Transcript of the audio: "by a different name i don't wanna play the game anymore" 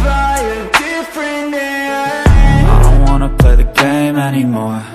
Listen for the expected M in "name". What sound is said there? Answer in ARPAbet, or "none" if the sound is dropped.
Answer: none